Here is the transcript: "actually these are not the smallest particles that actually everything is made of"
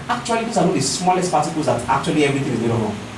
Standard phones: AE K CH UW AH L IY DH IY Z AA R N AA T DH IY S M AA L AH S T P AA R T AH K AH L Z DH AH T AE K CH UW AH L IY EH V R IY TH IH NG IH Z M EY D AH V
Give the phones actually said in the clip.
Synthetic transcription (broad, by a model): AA K CH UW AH L IY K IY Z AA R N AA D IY S M AA L AH S T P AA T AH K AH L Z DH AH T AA K CH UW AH L IY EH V R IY T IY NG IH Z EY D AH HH